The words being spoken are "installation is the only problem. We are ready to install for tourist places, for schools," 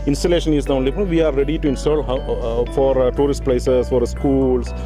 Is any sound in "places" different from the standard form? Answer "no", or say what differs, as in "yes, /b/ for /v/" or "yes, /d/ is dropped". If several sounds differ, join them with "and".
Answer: yes, /s/ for /z/